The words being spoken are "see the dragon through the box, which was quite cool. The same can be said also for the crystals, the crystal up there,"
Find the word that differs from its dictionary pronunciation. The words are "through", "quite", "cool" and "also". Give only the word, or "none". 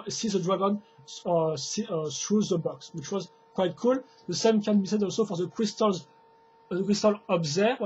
through